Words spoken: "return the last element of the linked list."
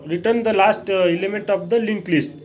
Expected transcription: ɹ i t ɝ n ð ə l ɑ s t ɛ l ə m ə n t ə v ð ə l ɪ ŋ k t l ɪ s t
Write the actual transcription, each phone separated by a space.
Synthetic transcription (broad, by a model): ɹ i t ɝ n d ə l ɑ s t ɛ l ə m ə n t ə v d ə l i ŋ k l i s t